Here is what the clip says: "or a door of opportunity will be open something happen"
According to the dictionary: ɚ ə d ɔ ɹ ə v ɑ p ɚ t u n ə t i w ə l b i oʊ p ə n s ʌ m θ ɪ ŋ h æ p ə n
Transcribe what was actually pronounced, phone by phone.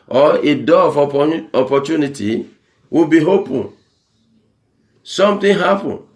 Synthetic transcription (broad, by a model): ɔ ə d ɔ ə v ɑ p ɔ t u n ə t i w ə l b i oʊ p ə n s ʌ m t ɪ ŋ h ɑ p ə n